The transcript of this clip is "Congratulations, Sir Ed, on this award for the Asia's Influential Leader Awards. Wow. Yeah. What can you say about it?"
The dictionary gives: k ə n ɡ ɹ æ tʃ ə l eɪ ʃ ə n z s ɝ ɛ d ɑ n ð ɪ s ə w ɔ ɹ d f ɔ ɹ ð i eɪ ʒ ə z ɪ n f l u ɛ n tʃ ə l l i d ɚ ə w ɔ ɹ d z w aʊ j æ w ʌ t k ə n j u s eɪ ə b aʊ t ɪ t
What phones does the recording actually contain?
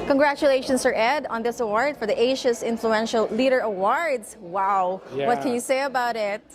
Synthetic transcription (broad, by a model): k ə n ɡ ɹ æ tʃ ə l eɪ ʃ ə n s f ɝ ɛ d ɑ n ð ɪ s ə w ɔ ɹ d f ɔ ɹ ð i eɪ ʃ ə s ɪ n f l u ɛ n ʃ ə l l i d ɚ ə w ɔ ɹ d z w aʊ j w ʌ t k ə n j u s eɪ ə b aʊ t ɪ t